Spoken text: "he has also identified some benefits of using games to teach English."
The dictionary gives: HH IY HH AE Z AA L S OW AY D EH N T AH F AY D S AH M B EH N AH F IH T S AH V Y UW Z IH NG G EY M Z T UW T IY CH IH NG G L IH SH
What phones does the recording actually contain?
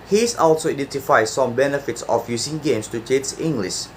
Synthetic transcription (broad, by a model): HH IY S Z AA L S OW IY D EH N T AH F AY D S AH M B EH N AH F IH T S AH F Y UW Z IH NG G EY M S T UW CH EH S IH NG G L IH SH